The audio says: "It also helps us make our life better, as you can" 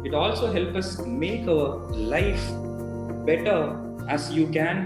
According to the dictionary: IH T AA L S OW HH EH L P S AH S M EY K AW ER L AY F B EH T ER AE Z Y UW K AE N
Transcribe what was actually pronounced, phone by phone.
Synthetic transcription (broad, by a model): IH T AA L S OW HH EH L P AH S M EY K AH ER L AY F B EH T ER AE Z Y UW K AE N